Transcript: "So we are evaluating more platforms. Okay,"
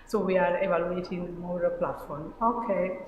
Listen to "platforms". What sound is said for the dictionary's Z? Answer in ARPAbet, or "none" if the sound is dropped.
none